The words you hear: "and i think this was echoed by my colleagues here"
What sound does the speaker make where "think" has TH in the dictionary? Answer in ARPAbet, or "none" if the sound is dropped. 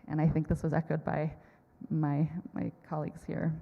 TH